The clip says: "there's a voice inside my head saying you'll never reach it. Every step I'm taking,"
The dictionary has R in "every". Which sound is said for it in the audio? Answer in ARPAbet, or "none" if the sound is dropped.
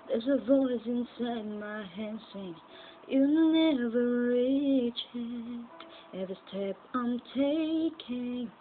none